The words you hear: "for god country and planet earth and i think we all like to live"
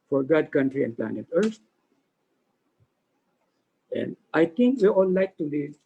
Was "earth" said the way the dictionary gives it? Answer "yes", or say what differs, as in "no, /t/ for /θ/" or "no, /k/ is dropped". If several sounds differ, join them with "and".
no, /s/ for /θ/